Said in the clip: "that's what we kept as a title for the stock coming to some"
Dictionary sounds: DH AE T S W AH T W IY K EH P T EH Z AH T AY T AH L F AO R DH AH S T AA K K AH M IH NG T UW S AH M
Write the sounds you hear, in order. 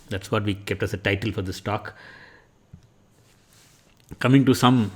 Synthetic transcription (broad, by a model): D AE T S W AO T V IY K EH P T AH S AH T AY T AH L F AO R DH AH S T AA K K AH M IH NG T UW S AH M